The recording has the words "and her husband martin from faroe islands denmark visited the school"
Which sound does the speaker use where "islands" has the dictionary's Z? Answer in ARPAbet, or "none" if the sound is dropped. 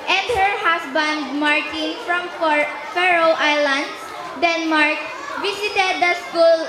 none